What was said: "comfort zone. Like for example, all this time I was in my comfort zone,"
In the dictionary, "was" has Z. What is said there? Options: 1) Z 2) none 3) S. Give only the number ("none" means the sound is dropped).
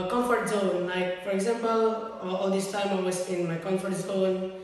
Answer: 3